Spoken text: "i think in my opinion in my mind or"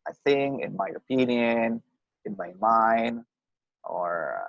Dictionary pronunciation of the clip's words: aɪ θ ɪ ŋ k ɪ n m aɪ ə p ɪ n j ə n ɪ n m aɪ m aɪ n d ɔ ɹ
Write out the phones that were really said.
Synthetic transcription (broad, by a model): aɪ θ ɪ ŋ ɪ n m aɪ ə p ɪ n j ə n ɪ n m aɪ m aɪ n d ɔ ɹ